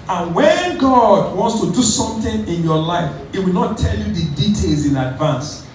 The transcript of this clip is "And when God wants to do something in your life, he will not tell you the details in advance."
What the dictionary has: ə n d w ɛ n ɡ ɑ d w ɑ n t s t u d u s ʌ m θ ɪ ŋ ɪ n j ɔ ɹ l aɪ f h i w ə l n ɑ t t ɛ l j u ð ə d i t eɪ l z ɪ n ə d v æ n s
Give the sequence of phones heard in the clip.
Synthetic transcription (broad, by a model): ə n w ɛ n ɡ ɑ d w ɑ n t s t u d u s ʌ m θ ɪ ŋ ɪ n j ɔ l aɪ f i w ə l n ɑ t t ɛ l j u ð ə d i t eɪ l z ɪ n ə d v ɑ n s